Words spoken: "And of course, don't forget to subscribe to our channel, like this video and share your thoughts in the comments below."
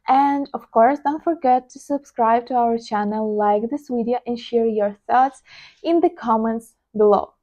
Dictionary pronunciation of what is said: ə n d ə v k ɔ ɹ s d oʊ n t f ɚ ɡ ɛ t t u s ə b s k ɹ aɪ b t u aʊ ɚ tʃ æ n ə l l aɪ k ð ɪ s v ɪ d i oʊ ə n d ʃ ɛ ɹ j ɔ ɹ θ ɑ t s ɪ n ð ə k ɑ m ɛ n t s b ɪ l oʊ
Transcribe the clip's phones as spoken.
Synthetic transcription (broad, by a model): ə n d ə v k ɔ ɹ s d oʊ n t f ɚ ɡ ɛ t t u s ə b s k ɹ aɪ b t u aʊ ɚ tʃ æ n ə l l aɪ k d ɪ s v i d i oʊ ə n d ʃ ɛ ɹ j ɔ ɹ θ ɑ t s ɪ n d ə k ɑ m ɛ n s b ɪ l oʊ